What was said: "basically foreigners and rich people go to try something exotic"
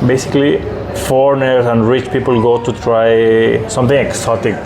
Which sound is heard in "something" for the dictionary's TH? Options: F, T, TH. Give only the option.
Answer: T